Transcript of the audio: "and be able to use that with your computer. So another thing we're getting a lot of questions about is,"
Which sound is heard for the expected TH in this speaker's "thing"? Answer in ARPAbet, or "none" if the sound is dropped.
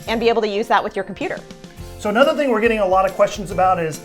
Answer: TH